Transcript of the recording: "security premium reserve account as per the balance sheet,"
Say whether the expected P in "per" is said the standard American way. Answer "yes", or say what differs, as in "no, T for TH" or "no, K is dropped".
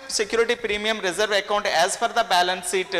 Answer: no, F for P